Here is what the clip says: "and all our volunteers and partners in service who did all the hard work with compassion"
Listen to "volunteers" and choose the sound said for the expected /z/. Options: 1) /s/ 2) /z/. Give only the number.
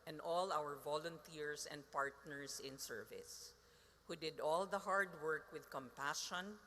1